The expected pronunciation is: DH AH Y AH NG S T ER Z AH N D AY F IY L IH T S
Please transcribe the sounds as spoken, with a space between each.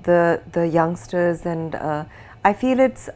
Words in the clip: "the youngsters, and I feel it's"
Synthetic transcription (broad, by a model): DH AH Y AH NG S T ER Z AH N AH AY F IY L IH T S